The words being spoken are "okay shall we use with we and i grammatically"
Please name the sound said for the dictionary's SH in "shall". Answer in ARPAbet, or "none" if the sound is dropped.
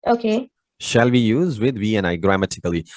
SH